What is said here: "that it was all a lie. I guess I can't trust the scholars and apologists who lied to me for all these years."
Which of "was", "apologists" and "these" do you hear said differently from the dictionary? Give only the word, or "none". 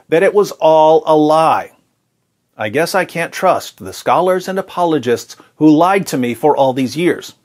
none